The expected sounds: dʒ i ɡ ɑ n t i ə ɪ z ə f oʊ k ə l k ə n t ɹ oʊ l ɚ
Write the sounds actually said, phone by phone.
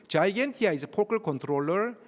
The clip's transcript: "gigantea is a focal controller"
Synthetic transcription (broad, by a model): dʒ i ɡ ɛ n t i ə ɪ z ə p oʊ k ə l k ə n t ɹ oʊ l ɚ